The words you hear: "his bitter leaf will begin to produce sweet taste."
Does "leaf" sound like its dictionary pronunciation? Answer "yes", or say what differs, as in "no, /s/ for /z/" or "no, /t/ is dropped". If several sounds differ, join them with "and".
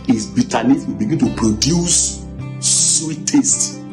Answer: no, /n/ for /l/